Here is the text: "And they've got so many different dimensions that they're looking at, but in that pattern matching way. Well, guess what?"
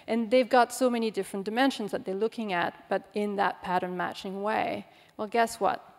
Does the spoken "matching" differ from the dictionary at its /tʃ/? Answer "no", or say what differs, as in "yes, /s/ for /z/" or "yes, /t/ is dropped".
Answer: no